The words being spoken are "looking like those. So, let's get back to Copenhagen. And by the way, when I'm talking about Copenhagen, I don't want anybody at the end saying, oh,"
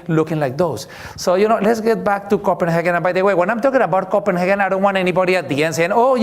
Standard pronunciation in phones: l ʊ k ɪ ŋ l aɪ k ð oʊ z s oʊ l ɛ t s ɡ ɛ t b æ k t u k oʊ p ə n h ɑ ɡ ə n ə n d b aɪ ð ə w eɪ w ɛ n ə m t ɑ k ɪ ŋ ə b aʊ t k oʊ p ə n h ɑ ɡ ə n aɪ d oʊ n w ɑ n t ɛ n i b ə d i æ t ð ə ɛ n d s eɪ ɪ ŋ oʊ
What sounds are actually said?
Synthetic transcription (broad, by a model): l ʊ k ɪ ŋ l aɪ k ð oʊ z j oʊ l ɛ t s ɡ ɛ t b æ k t u k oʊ p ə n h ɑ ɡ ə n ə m b aɪ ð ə w eɪ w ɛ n ə m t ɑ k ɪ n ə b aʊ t k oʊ p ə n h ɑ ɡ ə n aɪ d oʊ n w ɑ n ɛ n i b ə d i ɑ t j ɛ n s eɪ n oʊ